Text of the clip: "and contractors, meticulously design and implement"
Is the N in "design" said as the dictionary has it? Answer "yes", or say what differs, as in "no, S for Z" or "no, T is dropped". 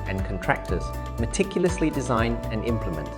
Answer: yes